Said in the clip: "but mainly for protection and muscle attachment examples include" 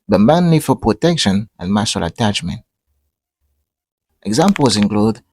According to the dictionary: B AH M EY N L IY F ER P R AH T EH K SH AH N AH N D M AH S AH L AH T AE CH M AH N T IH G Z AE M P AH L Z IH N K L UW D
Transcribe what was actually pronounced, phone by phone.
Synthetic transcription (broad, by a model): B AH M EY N N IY F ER P R AH T EH K SH AH N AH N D M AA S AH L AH T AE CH M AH N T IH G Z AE M P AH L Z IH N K L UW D